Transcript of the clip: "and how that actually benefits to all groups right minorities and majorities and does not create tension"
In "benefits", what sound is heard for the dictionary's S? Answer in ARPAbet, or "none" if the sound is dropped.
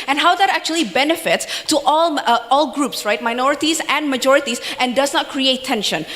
S